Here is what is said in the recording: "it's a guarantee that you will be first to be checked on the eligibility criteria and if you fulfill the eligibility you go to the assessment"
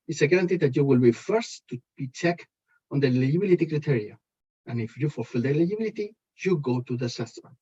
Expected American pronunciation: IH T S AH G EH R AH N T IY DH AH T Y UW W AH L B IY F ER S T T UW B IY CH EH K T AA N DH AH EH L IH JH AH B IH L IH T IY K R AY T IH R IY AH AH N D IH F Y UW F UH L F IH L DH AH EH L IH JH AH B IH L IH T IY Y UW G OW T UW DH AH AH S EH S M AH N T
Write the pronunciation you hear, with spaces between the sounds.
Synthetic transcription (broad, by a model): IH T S AH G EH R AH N T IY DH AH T Y UW W AH L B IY F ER S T T UW B IY CH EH K AA N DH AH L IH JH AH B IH L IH T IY K R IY T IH R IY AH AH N IH F Y UW F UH L F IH L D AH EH L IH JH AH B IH L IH T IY Y UW G OW T UW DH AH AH S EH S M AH N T